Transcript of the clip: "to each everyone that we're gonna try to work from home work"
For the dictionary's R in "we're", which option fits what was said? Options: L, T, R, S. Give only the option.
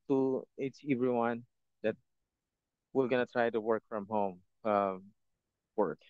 L